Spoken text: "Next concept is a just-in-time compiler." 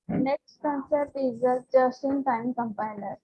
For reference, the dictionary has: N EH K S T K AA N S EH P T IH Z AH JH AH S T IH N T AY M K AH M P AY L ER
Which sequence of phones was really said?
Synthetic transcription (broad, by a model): N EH K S T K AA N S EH T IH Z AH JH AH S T IH N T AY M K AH M P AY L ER